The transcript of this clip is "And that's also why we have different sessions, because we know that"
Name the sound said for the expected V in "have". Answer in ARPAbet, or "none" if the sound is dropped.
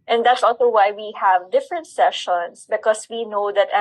V